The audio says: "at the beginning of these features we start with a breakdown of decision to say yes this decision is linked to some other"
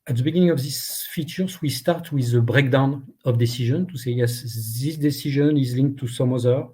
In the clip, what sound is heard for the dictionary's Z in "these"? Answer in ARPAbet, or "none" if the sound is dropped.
S